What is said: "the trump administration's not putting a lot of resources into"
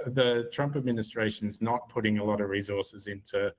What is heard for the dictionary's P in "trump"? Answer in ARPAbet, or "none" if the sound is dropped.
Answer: P